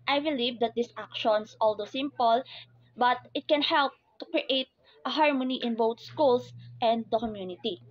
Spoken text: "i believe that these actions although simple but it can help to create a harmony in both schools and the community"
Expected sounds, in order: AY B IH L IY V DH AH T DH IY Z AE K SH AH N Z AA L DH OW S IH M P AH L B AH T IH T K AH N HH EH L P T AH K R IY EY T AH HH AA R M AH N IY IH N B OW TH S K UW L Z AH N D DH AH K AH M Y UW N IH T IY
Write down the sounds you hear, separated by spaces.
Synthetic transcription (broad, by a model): AY B IH L IY V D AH T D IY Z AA K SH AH N S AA L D OW S IH M P AH L B AH T IH T K AH N HH EH L P T AH K R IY EY T AH HH AA R M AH N IY IH N B OW T S K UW L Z AH N D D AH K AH M Y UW N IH T IY